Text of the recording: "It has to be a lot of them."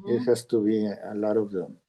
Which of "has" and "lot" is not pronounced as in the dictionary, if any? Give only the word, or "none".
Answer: has